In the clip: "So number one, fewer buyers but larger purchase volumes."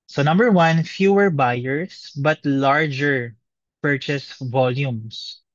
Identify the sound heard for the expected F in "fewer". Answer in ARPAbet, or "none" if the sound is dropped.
F